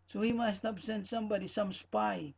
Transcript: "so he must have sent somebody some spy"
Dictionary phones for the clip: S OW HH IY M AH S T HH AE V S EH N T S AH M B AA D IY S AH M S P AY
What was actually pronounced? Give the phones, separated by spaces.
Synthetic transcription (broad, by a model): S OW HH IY M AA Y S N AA P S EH N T S AH M B AA D IY S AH M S P AY